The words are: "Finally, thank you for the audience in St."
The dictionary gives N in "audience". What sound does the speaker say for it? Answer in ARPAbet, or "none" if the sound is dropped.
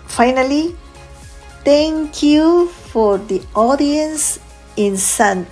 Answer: N